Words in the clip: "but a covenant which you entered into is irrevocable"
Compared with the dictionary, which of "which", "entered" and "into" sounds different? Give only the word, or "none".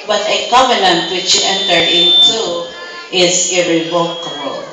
entered